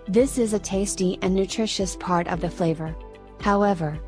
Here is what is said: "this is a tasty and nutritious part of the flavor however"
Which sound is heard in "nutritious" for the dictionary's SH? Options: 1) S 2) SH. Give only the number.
2